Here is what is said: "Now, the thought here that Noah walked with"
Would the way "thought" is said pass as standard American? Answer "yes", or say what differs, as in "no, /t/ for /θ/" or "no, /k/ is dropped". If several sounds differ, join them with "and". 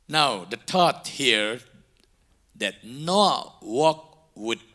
no, /t/ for /θ/